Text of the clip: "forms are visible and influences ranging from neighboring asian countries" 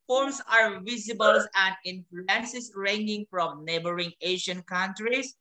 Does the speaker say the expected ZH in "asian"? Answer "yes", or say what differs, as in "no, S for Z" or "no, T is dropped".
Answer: no, SH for ZH